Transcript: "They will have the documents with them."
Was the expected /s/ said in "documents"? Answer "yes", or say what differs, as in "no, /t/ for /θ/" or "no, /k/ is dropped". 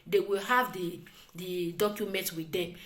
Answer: no, /s/ is dropped